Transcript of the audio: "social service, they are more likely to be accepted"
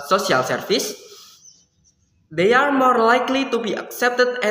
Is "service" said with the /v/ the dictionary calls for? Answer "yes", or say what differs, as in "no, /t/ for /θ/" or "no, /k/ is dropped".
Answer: no, /f/ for /v/